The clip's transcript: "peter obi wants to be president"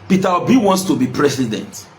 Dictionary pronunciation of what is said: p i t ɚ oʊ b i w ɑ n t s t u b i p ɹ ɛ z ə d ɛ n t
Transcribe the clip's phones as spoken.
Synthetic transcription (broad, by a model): p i t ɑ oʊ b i w ɑ n t s t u b i p ɹ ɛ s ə d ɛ n t